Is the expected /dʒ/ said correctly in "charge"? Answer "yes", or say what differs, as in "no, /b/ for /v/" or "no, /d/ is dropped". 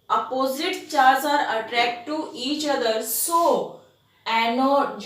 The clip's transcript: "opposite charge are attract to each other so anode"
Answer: no, /z/ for /dʒ/